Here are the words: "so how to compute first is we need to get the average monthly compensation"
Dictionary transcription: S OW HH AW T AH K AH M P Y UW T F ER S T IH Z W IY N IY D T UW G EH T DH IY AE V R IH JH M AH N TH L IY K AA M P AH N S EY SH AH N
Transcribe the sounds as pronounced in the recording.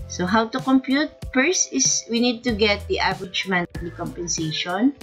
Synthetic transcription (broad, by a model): S OW HH AW T AH K AH M P Y UW T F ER S IH S W IY N IY D T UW G EH T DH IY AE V R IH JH M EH N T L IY K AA M P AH N S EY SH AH N